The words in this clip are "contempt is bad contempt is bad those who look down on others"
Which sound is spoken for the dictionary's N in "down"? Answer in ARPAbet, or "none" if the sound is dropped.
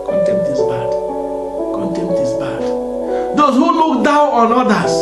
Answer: none